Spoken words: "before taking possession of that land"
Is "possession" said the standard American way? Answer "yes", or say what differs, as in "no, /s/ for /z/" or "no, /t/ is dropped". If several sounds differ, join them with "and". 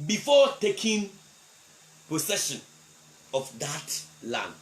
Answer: no, /s/ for /z/